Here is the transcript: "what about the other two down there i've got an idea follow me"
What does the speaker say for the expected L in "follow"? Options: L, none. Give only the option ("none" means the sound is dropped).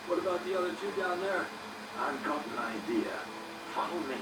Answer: none